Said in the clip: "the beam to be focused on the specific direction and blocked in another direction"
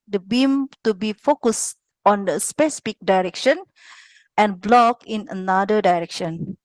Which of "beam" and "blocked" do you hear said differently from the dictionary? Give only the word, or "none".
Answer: blocked